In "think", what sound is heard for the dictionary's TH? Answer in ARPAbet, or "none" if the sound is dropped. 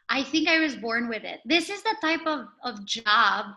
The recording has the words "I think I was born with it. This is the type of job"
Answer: TH